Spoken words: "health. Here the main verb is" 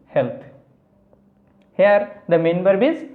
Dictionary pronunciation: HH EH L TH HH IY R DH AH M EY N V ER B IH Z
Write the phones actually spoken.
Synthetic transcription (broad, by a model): HH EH L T HH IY R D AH M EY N B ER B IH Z